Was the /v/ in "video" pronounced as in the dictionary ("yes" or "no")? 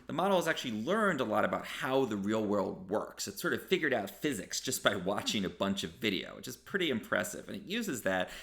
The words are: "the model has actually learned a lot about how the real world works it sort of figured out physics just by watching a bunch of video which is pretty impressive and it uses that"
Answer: yes